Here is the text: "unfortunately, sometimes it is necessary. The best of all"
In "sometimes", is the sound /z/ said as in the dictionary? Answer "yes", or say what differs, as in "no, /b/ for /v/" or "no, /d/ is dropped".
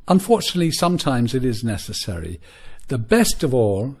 yes